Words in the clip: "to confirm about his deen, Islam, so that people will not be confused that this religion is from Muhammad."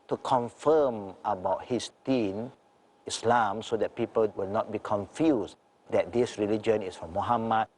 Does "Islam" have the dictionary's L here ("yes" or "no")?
yes